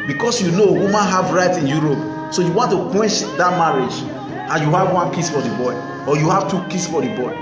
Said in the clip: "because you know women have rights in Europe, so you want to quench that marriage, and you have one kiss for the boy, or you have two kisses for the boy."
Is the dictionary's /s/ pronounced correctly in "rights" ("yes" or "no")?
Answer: no